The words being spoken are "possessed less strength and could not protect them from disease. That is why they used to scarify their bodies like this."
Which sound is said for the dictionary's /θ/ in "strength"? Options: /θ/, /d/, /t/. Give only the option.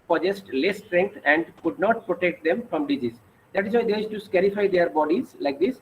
/t/